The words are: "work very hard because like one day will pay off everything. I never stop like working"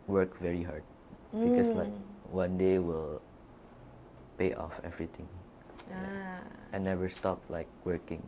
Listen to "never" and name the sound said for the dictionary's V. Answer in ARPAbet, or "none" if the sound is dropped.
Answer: W